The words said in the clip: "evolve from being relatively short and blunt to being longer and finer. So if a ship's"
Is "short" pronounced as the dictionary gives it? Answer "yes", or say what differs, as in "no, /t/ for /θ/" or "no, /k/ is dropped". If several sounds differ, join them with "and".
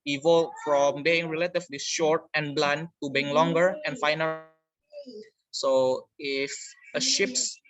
yes